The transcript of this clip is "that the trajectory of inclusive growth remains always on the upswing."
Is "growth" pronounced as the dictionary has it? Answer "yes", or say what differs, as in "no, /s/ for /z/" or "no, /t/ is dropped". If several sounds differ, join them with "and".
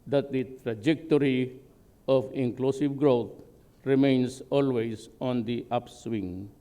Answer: no, /t/ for /θ/